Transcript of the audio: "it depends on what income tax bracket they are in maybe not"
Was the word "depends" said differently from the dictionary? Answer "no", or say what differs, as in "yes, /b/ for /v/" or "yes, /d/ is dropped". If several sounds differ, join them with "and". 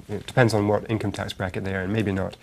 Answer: no